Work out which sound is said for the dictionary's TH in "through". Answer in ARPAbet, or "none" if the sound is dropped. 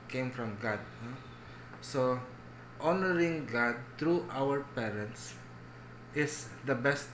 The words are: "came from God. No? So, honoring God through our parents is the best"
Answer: T